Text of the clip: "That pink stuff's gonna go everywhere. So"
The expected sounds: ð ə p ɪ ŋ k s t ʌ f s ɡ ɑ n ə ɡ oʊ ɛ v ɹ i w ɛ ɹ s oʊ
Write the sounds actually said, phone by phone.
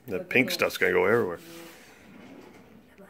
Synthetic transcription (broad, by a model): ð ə p ɪ ŋ k s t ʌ s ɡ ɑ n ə ɡ oʊ ɛ v ɹ i w ɛ ɹ